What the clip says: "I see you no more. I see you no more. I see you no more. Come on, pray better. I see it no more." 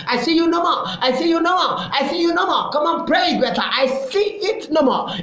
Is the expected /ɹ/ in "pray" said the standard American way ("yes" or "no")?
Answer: yes